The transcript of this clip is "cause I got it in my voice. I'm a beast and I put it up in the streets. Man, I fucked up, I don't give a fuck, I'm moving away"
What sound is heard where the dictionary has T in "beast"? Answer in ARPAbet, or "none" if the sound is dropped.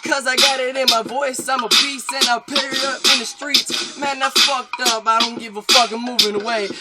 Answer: none